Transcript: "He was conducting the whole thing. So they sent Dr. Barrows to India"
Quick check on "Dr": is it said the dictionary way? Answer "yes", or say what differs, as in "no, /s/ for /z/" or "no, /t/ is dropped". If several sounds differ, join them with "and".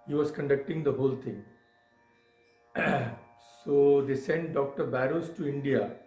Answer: yes